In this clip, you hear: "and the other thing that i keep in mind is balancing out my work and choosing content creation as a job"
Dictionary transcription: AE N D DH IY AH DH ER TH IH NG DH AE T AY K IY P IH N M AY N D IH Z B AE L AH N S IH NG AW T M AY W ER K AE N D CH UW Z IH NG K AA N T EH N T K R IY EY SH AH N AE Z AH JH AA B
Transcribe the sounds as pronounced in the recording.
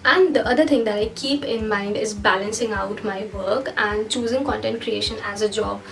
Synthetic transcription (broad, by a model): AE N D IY AH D ER T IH NG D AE T AY K IY P IH N M AY N D IH Z B AE L AH N S IH NG AW T M AY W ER K AE N D CH UW Z IH NG K AA N T EH N T K R IY EY SH AH N AE Z AH JH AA B